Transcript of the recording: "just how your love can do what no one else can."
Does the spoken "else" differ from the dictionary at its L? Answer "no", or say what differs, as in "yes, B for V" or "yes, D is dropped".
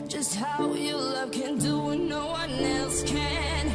no